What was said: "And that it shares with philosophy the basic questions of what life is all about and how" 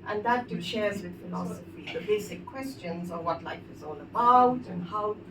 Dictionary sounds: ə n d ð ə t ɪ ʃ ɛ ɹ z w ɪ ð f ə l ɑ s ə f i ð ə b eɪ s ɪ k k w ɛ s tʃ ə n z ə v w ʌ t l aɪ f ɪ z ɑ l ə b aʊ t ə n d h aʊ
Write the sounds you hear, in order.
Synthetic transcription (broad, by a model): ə n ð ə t ɪ ʃ ɛ ɹ z w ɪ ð f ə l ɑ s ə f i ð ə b eɪ s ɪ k k w ɛ s tʃ ə n z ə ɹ w ʌ t l aɪ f ɪ z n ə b aʊ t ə n h aʊ